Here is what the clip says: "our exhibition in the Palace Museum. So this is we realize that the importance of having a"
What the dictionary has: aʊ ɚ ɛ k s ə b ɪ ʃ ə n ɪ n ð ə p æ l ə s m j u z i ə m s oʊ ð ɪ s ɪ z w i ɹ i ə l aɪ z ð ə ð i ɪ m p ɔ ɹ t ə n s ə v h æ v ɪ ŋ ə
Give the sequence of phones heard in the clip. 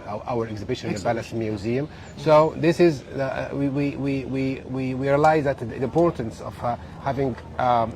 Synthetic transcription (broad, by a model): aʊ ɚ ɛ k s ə b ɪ ʃ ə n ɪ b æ l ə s m j u z i ə m s oʊ ð ɪ s ɪ z w i w i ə l aɪ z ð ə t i ɪ m p ɔ ɹ t ə n s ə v h æ v ɪ ŋ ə